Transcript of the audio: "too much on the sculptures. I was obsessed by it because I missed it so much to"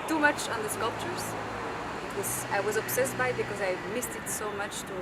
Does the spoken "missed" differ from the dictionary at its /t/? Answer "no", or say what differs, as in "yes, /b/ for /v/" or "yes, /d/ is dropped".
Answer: no